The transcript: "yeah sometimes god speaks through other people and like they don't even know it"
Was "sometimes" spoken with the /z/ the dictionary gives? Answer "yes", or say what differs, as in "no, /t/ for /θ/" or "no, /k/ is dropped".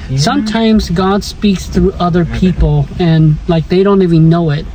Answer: yes